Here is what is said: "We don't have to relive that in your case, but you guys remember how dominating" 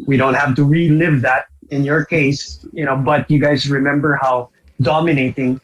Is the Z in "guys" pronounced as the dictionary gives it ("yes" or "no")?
yes